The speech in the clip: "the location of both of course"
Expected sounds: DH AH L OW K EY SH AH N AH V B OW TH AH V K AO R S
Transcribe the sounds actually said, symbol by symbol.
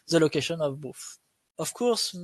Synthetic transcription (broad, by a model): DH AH L OW K EY SH AH N AH V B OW F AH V K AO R S